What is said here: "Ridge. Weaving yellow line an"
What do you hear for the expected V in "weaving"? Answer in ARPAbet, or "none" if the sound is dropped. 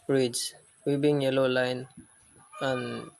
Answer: B